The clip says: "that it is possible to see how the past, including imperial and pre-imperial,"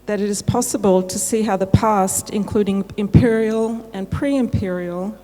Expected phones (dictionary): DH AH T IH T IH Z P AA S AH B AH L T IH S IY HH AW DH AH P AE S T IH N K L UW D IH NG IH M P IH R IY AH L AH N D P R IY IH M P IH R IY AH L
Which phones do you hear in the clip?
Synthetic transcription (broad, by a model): DH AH T IH T IH Z P AA S AH B AH L T IH S IY HH AW DH AH P AE S T IH N K L UW D IH NG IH M P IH R IY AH L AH N P R IY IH M P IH R IY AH L